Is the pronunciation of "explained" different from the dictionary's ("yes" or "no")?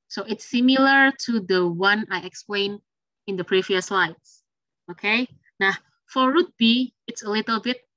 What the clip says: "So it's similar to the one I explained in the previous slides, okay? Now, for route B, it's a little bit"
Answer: yes